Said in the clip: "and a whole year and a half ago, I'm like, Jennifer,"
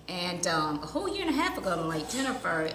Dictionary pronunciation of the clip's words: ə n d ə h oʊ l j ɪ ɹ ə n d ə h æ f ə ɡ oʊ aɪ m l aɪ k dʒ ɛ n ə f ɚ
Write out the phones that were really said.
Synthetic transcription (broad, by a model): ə n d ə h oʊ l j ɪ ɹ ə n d ə h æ p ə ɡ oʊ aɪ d l aɪ k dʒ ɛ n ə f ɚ